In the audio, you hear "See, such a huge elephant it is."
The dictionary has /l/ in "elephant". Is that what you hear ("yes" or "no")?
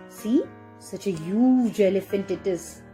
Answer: yes